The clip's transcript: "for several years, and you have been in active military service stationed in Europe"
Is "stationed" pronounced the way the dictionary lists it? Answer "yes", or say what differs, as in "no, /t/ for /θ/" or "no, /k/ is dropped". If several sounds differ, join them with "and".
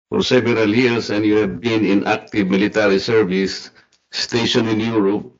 no, /d/ is dropped